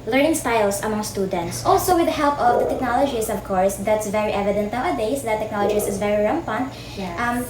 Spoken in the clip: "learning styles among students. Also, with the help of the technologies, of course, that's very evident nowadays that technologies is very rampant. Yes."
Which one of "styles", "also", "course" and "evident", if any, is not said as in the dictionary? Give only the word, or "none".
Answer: styles